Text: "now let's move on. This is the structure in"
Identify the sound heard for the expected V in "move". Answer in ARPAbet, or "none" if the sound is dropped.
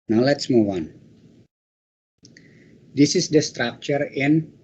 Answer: W